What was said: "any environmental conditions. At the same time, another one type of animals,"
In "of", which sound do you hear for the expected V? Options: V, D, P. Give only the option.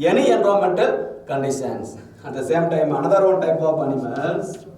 P